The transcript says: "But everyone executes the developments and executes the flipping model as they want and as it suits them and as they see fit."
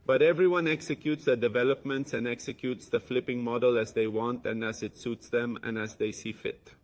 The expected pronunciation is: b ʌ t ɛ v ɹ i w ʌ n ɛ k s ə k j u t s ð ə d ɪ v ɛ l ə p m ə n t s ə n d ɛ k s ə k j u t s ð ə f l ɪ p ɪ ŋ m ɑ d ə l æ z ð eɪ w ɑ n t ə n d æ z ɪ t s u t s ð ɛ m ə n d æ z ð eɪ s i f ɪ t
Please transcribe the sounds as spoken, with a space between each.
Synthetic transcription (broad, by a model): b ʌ t ɛ v ɹ i w ʌ n ɛ k s ə k j u t s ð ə d ɪ v ɛ l ə p m ə n t s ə n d ɛ k s ə k j u t s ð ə f l ɪ p ɪ ŋ m ɑ d ə l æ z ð eɪ w ɑ n t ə n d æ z ɪ t s u t s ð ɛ m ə n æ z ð eɪ s i f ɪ t